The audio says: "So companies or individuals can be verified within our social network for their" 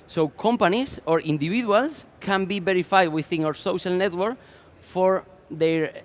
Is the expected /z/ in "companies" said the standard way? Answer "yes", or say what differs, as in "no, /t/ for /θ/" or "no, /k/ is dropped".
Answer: no, /s/ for /z/